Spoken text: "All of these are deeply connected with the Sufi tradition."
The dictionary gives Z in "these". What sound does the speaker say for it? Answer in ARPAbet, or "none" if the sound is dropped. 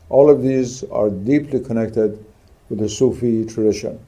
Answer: Z